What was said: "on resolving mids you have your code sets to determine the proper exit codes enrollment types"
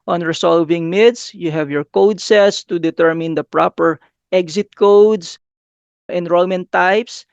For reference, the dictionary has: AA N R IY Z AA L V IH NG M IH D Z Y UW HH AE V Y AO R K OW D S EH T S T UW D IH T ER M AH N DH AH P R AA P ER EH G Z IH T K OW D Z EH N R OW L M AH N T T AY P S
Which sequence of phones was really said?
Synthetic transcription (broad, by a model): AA N R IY S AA L V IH NG M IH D S Y UW HH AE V Y AO R K OW D S EH T S T UW D IH T ER M AH N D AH P R AA P ER EH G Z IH T K OW D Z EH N R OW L M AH N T T AY P S